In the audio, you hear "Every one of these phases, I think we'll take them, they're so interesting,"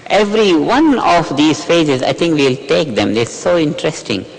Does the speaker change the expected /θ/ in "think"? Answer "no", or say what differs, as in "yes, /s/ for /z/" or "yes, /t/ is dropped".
yes, /t/ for /θ/